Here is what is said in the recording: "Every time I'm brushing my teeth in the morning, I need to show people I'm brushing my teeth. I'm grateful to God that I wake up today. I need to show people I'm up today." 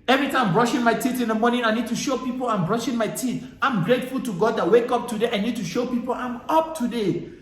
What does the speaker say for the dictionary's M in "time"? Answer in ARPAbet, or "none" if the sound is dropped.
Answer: none